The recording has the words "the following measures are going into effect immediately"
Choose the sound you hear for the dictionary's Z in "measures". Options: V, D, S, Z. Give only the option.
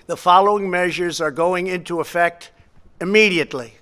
Z